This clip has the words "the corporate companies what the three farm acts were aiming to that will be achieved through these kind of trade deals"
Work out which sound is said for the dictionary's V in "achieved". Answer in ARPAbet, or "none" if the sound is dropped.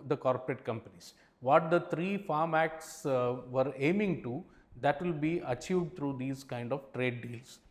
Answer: V